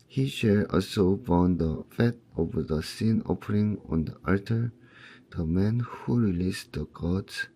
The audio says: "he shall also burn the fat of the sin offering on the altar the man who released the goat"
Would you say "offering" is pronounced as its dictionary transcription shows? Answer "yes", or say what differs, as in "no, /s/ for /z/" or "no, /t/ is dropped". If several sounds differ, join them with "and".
no, /p/ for /f/